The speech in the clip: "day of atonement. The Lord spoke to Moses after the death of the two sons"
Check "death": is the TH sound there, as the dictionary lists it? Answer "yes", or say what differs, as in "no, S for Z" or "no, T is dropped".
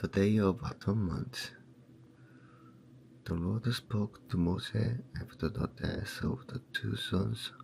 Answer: no, S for TH